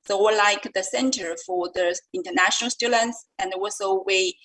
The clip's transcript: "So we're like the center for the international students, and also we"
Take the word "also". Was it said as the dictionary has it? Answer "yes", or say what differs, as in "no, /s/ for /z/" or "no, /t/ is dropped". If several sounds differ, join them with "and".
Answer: no, /w/ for /l/